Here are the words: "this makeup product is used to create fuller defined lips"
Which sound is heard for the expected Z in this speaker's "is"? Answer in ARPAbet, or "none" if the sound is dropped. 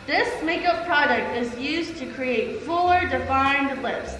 Z